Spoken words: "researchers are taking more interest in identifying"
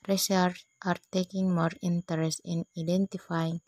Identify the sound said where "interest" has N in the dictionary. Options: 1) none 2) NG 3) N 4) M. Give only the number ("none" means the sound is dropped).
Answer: 3